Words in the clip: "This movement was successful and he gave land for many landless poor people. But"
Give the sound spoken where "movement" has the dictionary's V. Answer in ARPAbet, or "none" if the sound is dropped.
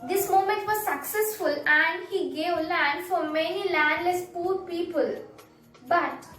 none